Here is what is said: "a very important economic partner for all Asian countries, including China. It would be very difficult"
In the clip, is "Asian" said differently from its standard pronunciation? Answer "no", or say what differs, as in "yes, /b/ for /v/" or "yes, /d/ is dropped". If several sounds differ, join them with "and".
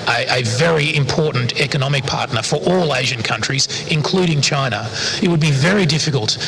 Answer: no